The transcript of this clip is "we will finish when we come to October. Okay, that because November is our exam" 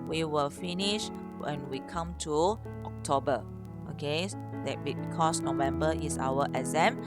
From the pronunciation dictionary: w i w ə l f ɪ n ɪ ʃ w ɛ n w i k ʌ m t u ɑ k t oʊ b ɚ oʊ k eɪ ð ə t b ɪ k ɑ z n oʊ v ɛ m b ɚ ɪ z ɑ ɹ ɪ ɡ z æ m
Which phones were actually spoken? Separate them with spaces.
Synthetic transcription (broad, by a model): w i w ə l f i n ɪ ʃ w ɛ n w i k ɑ m t u ɑ k t oʊ b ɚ oʊ k eɪ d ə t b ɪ k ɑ s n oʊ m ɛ m b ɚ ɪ s ɑ w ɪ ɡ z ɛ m